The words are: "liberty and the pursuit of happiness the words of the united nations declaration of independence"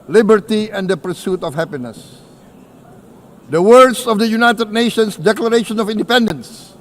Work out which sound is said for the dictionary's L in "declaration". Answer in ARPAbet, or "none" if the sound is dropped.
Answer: L